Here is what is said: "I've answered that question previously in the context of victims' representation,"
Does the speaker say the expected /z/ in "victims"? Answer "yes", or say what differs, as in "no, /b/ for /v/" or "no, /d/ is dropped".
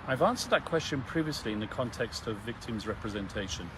yes